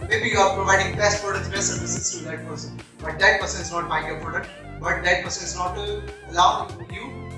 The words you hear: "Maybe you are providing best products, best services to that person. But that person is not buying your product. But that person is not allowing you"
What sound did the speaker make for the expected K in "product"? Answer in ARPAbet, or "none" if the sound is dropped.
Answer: none